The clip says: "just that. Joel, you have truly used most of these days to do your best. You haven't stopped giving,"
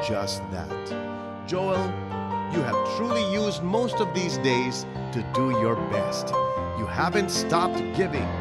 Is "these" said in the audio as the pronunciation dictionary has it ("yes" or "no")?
yes